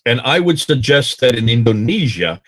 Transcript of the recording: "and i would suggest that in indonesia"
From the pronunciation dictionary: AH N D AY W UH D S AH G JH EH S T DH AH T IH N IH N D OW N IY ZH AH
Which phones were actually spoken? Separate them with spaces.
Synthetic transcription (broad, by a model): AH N AY W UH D S AH G JH EH S T DH AH T IH N IH N D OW N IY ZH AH